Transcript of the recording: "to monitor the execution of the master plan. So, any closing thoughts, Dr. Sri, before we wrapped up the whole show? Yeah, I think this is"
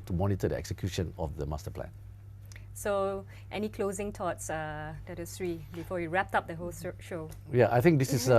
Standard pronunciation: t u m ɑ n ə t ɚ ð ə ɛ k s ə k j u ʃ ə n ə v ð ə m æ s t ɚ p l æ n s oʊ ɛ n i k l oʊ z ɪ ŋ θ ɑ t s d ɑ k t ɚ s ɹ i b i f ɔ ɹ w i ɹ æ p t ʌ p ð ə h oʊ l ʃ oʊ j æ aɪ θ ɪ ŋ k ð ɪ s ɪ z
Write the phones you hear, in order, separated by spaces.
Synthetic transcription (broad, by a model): t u m ɑ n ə t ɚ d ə ɛ k s ə k j u ʃ ə n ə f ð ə m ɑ s t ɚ p l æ n s oʊ ɛ n i k l oʊ z ɪ ŋ t ɑ t s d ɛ t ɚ s ɹ i b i f ɔ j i ɹ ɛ p t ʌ p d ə h oʊ l ʃ oʊ j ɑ aɪ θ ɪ ŋ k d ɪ s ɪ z